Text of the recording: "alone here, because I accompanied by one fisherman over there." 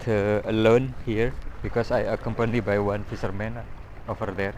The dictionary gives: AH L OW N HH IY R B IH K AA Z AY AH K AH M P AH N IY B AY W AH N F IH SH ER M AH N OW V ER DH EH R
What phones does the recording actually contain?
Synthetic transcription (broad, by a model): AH L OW N HH IY R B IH K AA S AY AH K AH M P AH N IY B AY W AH N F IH S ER M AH N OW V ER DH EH R